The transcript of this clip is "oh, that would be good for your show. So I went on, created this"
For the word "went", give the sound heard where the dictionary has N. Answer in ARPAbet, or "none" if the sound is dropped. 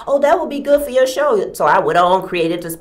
none